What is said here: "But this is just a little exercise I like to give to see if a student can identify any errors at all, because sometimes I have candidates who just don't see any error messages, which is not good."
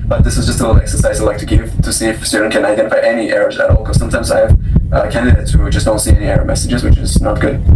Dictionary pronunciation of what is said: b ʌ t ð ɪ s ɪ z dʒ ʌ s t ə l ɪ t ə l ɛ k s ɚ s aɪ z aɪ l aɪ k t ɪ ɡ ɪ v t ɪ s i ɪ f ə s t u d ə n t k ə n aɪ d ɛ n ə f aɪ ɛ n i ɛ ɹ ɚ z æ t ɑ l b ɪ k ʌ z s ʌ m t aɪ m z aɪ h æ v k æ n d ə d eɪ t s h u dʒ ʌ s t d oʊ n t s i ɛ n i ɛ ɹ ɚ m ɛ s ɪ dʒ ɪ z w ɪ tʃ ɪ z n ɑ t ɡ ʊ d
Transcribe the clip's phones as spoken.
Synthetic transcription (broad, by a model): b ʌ t ð ɪ s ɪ z dʒ ʌ s t ə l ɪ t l ɛ k s ɚ s aɪ z aɪ l aɪ k t ɪ ɡ ɪ v t ɪ s i ɪ f s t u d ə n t k ə n aɪ d ɛ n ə f aɪ ɛ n i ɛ ɹ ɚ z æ t ɑ l k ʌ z s ʌ m t aɪ m z aɪ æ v k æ n d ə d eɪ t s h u dʒ ʌ s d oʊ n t s i ɛ n i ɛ ɹ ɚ m ɛ s ɪ dʒ ɪ z w ɪ tʃ ɪ z n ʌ t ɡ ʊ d